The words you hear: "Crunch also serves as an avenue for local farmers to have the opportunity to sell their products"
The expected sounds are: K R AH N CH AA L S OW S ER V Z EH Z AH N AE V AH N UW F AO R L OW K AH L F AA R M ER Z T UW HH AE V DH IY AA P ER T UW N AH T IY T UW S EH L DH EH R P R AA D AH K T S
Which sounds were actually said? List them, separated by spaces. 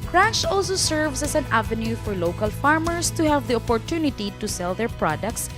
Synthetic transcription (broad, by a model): K R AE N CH AA L S OW S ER V S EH S AH N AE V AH N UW F AO R L OW K AH L F AA R M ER S T UW HH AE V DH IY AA P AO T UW N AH T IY T UW S EH L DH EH R P R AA D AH K T S